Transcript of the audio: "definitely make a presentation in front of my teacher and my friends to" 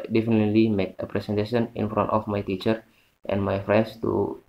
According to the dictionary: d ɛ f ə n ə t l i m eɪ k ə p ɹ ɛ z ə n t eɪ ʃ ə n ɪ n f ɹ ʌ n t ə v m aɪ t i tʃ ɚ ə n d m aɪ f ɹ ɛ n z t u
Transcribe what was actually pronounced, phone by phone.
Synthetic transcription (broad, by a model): d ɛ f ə n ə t l i m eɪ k ə p ɹ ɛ s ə n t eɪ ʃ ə n ɪ n f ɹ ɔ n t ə f m aɪ t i tʃ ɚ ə n m aɪ f ɹ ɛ n s t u